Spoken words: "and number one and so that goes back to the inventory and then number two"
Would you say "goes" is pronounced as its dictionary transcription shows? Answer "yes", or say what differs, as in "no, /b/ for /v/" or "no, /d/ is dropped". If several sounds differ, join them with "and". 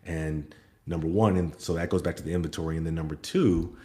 yes